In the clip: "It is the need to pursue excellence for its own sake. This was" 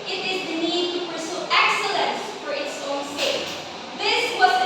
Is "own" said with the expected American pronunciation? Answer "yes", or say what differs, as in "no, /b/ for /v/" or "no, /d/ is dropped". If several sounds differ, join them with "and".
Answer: yes